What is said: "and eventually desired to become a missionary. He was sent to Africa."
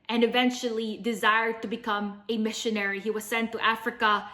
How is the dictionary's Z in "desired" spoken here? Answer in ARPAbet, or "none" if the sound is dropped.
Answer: Z